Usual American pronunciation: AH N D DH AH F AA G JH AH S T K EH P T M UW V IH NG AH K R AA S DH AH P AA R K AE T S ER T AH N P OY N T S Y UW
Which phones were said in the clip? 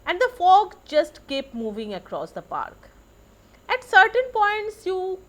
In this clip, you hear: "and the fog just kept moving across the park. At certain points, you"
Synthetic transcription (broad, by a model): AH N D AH F AA G JH AH S T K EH P M UW V IH NG AH K R AA S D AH P AA R K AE T S ER T AH N P OY N T S Y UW